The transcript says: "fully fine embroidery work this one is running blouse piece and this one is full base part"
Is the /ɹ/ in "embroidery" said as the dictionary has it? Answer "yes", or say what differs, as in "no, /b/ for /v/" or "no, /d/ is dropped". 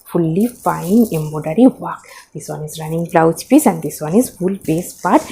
no, /ɹ/ is dropped